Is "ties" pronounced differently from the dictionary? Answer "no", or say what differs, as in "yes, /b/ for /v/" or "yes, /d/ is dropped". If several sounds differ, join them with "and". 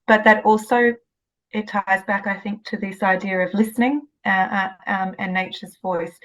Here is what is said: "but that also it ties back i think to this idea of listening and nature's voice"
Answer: no